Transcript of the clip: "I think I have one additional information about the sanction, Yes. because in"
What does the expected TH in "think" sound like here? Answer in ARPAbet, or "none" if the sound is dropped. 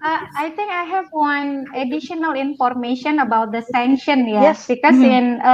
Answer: T